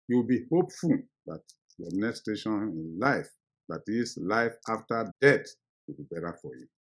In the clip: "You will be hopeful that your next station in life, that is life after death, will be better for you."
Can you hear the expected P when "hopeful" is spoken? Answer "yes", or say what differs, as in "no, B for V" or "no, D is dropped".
yes